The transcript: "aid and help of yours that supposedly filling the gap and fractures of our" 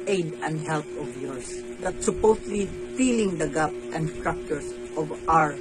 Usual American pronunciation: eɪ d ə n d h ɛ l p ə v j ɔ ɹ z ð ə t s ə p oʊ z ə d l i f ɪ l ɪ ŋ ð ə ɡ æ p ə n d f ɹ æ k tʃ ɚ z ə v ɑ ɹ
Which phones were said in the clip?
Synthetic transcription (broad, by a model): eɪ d ə n d h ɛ l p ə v j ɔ ɹ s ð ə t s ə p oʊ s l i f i l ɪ ŋ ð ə ɡ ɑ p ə n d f ɹ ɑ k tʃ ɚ s ə v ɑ ɹ